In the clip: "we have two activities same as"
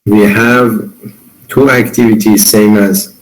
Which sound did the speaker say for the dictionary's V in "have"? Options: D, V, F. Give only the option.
V